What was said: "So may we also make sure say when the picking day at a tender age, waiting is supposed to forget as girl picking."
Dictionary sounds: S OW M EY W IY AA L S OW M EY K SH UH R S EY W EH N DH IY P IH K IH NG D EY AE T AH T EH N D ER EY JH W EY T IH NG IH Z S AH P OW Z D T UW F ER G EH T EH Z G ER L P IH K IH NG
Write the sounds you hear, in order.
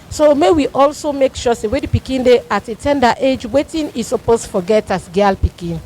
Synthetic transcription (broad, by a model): S OW M EY W IY AA L S OW M EY K SH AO S EY W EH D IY P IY K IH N D EY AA T AH T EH N D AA EY JH W EY T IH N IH S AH P OW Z T UW F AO G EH T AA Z G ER L P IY K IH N